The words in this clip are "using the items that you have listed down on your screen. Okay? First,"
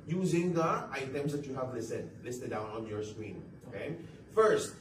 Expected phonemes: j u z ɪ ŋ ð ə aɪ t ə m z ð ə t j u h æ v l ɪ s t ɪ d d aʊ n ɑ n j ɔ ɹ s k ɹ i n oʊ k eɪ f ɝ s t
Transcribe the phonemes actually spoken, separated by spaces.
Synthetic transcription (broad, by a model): j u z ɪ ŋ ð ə aɪ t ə m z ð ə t j u h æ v l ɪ s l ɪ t d aʊ n ɑ n j ɔ ɹ s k w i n oʊ k eɪ f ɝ s t